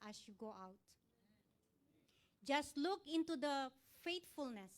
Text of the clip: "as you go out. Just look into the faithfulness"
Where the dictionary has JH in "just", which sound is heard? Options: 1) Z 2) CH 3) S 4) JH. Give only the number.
4